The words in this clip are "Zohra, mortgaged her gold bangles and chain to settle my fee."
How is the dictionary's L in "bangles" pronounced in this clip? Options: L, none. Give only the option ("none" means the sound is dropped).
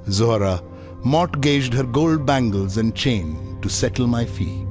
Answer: L